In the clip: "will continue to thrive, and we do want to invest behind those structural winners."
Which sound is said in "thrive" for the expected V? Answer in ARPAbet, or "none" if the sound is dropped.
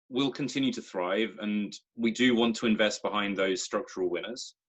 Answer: V